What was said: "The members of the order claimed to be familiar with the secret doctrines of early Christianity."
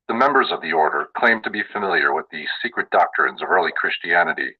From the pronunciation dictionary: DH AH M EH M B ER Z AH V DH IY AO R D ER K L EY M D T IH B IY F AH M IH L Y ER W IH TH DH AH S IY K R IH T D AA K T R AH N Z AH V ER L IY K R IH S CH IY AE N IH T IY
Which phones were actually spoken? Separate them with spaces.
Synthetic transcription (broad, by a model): DH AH M EH M B ER Z AH V DH IY AO R D ER K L EY M T IH B IY F AH M IH L Y ER W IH DH AH S IY K R IH T D AA K T R AH N Z AH V ER L IY K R IH S CH IY AE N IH T IY